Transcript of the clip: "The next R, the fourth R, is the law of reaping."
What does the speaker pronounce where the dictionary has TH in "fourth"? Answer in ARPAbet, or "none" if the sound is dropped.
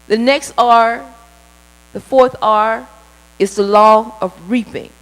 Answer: TH